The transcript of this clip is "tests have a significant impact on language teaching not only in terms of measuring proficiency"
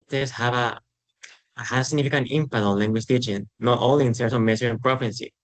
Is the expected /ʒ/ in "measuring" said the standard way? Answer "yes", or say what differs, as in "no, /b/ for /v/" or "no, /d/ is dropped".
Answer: no, /s/ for /ʒ/